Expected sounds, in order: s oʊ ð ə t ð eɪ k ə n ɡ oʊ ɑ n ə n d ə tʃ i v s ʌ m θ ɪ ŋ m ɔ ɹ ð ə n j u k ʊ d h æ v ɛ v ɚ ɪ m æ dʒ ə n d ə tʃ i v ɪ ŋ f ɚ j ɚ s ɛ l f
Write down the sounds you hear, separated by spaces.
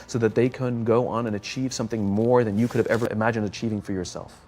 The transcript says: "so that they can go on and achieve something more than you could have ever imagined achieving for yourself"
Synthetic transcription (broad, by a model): s oʊ ð ə t ð eɪ k ə n ɡ oʊ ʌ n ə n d ə tʃ i v s ʌ m θ ɪ ŋ m ɔ ɹ ð ə n j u k ʊ d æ v ɛ v ɚ ɪ m æ dʒ ə n d ə tʃ i v ɪ ŋ f ɚ j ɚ s ɛ l f